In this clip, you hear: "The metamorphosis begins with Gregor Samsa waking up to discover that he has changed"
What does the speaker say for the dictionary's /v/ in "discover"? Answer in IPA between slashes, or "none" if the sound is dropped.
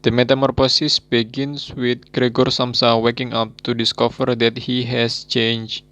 /f/